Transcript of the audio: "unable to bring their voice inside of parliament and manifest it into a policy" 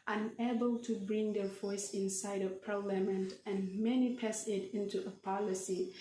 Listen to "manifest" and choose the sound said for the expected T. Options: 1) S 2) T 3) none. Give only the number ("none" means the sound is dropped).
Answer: 3